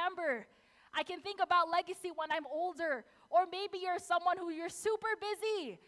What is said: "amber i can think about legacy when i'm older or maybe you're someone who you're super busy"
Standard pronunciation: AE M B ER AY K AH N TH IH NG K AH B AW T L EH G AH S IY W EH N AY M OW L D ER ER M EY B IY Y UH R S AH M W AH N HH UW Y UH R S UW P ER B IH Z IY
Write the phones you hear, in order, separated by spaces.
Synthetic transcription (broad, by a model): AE M B ER AY K AH N TH IH NG K AH B AW T L EH G AH S IY W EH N AY M OW L D ER ER M EY B IY Y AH R S AH M W AH N HH UW Y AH R S UW P ER B IH Z IY